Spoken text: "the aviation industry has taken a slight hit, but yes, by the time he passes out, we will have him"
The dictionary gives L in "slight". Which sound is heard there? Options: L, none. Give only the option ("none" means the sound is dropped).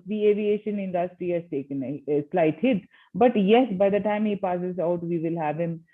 L